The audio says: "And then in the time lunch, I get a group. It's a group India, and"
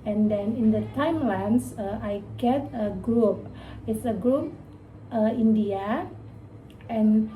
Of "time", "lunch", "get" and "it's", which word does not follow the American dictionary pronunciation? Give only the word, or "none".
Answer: lunch